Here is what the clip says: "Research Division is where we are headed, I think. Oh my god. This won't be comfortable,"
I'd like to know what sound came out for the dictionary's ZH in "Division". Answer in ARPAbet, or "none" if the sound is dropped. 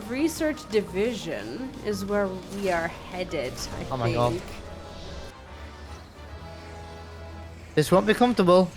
ZH